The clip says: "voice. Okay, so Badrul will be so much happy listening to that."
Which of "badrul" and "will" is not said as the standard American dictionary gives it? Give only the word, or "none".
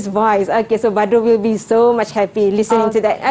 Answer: badrul